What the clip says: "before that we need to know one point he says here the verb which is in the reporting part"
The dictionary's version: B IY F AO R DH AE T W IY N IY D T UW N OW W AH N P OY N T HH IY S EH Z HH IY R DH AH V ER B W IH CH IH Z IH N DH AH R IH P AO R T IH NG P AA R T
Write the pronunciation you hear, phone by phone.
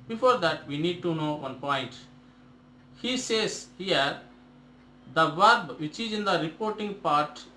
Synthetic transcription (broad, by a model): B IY F AO R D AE T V IY N IY D T UW N OW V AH N P OY N T HH IY S EH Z HH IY R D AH V ER B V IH CH IH Z IH N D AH R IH P AO R T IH NG P AA R T